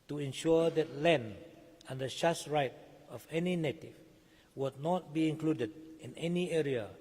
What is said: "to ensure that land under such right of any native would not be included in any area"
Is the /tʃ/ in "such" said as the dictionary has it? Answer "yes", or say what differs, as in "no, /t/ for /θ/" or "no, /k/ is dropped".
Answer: no, /s/ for /tʃ/